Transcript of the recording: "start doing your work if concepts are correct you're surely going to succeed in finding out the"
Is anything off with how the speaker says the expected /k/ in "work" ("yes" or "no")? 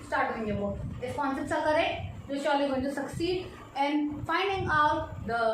yes